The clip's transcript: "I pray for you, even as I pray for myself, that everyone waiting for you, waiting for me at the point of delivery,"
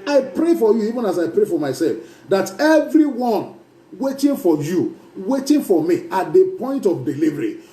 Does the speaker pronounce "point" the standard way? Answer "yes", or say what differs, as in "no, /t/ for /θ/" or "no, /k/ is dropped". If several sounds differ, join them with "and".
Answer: yes